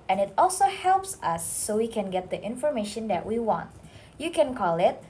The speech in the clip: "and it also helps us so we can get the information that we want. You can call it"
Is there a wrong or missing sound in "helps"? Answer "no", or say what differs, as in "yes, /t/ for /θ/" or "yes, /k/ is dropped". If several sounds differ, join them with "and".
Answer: no